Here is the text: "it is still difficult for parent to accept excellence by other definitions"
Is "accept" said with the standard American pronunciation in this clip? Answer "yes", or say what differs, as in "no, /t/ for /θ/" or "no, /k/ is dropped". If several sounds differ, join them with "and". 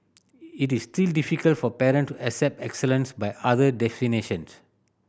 yes